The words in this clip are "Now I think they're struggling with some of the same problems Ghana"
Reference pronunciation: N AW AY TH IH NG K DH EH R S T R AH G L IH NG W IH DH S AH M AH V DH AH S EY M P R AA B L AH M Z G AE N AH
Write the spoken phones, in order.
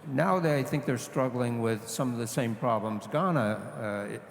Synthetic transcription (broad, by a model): N AW AY TH IH NG K DH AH R S T R AH G L IH NG W IH DH S AH M AH V DH AH S EY M P R AA B L AH M Z G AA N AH